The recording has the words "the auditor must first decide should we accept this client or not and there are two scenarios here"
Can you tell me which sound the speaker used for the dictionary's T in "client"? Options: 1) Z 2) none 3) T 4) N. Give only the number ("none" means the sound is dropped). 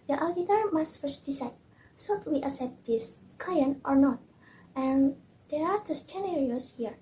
3